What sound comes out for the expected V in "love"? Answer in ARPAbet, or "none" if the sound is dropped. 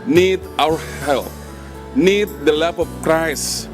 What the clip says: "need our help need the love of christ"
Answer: P